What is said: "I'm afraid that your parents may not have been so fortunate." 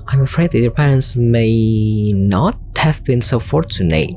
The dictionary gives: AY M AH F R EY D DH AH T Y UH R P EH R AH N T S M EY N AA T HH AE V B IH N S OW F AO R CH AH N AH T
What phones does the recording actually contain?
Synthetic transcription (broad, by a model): AY M AH F R EY D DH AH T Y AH R P EH R AH N T S M EY N AA T HH AE V B IH N S OW F AO R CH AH N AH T